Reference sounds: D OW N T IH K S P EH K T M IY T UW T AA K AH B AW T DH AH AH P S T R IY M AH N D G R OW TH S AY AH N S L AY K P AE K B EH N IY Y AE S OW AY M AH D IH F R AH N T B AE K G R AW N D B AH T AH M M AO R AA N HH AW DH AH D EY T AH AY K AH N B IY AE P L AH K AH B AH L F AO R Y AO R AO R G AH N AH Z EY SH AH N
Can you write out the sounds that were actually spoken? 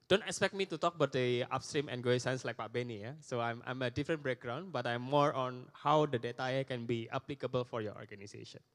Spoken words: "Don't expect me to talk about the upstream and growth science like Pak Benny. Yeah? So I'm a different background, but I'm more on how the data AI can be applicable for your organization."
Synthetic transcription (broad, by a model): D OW N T IH K S P EH K T M IY T UW T AA K AH B AW T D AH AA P S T R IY M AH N G OW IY S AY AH N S L AY K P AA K B EH N IY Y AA S OW AY M AH D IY F R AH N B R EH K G R AW N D B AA T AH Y M AO R AA N HH AW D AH D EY T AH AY K AH N B IY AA P L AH K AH B AH L F AO R Y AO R AO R G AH N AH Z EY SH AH N